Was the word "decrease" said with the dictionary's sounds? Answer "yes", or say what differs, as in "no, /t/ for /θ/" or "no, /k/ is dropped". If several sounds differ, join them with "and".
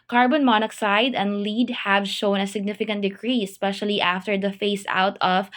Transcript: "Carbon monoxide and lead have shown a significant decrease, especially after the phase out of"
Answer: no, /s/ is dropped